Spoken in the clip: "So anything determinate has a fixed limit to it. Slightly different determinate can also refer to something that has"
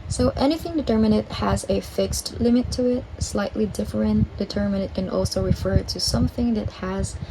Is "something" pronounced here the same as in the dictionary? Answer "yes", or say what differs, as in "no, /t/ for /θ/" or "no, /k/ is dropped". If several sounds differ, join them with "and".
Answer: yes